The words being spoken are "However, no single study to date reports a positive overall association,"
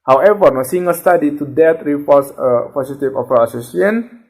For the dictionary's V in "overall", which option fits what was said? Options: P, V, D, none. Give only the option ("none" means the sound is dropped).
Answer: P